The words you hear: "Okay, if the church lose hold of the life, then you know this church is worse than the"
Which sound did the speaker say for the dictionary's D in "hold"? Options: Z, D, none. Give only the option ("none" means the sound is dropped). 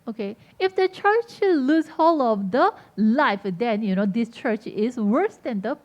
none